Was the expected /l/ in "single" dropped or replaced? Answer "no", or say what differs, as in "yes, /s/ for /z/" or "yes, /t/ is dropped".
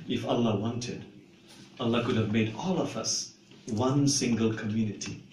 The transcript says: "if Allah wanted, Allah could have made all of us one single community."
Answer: no